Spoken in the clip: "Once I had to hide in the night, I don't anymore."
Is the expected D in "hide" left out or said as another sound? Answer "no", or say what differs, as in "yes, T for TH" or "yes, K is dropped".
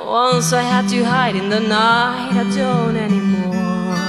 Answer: no